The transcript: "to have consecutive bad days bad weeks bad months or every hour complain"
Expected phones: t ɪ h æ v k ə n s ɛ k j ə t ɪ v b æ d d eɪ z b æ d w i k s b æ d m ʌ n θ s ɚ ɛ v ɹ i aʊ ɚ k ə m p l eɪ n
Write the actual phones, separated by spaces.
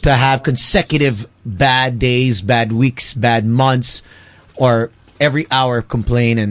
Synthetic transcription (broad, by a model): t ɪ h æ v k ə n s ɛ k j ə t ɪ v b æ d d eɪ z b æ d w i k s b æ d m ʌ n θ s ɚ ɛ v ɹ i aʊ ɚ k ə m p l eɪ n